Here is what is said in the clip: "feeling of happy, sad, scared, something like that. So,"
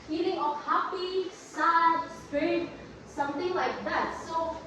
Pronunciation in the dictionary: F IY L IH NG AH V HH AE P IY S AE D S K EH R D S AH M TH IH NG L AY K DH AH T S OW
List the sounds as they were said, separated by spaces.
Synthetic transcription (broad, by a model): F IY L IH NG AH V HH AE P IY S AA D S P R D S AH M T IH NG L AY K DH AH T S OW